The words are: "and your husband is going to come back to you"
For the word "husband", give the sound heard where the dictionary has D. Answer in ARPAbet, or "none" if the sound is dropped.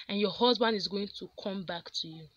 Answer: D